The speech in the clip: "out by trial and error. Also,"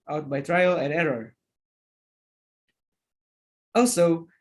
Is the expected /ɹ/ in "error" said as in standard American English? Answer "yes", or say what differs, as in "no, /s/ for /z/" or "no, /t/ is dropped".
yes